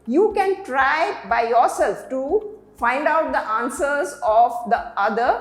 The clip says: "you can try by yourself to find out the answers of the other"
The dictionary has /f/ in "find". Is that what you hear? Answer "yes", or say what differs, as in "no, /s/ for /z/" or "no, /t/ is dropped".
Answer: yes